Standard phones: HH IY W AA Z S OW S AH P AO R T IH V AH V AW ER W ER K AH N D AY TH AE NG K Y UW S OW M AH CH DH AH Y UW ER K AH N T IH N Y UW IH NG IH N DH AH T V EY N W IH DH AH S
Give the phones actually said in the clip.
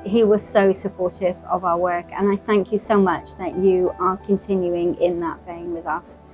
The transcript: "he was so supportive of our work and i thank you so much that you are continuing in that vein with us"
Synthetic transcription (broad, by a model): HH IY W AA Z S OW S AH P AO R T IH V AH V AW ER W ER K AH N AY TH AE NG K Y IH S OW M AH CH DH AH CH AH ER K AH N T IH N Y UW IH NG IH N DH AH T F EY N W IH DH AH S